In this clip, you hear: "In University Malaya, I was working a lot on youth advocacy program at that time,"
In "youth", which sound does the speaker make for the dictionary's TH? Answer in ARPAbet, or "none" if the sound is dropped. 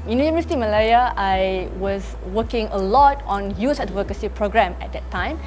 S